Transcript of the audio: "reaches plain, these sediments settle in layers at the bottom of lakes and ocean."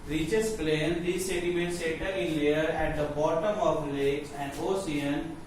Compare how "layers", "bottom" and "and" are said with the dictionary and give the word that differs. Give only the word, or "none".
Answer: layers